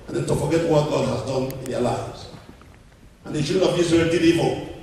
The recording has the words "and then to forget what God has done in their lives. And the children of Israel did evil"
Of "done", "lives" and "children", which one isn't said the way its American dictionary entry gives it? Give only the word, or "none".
children